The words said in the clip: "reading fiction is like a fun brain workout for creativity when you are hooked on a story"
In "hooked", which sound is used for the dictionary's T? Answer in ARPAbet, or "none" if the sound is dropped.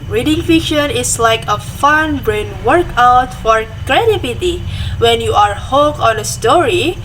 none